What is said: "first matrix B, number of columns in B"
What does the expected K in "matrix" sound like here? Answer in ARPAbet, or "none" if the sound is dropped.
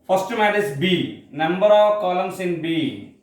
none